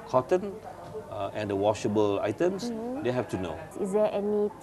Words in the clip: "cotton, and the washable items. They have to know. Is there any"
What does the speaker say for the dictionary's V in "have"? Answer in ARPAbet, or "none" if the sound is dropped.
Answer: F